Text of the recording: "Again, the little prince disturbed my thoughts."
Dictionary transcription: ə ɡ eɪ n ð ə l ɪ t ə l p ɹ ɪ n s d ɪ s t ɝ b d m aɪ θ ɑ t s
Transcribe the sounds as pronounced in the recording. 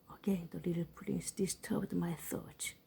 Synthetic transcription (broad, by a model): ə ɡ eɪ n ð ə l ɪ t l p l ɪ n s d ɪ s t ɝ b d m aɪ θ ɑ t